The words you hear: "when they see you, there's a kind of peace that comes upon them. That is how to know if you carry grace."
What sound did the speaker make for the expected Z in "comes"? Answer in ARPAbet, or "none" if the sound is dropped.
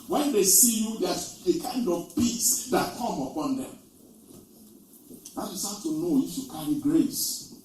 none